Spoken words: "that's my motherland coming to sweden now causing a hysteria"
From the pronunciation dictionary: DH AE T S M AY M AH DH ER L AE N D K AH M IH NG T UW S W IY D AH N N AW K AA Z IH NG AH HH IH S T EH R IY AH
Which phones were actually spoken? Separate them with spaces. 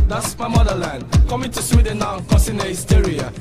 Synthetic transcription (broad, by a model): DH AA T S M AY M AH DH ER L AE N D K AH M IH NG T UW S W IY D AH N N AW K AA S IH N AH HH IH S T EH R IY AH